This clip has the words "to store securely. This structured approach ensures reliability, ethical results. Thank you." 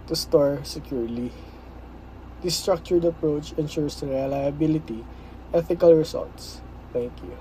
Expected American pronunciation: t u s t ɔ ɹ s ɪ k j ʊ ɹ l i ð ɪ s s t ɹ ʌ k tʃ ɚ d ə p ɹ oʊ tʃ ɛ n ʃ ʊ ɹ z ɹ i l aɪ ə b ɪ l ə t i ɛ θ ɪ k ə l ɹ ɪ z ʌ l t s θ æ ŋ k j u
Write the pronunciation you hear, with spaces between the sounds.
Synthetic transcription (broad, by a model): t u s t ɔ ɹ s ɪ k j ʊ ɹ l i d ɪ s s t ɹ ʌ k tʃ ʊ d ə p ɹ oʊ tʃ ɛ n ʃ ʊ ɹ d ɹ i l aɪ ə b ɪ l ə t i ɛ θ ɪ k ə l ɹ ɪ s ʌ l t s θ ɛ ŋ k j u